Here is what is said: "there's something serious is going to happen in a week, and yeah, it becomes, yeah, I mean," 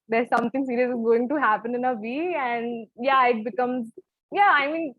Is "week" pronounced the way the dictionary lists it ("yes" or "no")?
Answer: no